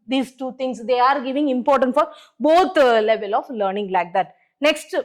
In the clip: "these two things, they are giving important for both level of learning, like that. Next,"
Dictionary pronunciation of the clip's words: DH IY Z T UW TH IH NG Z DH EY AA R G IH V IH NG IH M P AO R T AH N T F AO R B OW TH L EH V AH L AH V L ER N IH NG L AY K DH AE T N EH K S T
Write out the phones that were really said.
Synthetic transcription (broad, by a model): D IY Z T UW T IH NG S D EY AA R G IH V IH NG IH M P AO R T AH N T F AO R B OW T L EH V AH L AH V L ER N IH NG L AY K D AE T N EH K S T